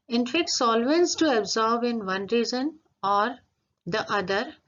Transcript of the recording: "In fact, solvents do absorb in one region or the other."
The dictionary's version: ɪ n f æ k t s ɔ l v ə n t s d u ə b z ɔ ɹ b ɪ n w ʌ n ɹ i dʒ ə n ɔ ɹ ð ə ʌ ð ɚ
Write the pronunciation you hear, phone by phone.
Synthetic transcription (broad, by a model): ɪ n f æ k t s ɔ l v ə n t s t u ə b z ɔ ɹ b ɪ n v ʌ n ɹ i z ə n ɔ ɹ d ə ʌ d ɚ